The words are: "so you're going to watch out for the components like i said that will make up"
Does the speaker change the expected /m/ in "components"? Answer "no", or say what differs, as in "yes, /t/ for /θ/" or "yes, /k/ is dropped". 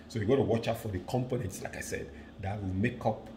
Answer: no